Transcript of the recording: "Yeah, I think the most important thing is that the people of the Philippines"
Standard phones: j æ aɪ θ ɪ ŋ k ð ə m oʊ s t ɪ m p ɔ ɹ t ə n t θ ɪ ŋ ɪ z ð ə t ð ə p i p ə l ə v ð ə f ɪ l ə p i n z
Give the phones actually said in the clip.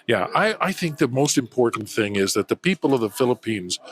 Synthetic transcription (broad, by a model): j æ aɪ θ ɪ ŋ k ð ə m oʊ s t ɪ m p ɔ ɹ t n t θ ɪ ŋ ɪ z ð ə t ð ə p i p l ə v ð ə f ɪ l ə p i n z